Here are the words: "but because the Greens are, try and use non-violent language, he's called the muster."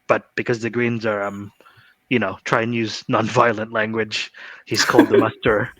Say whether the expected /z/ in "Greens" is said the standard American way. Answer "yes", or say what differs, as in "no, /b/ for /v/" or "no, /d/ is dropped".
yes